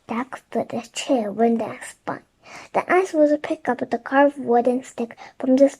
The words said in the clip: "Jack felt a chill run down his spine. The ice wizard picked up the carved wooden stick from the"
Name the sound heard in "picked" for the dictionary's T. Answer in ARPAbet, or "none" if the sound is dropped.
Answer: none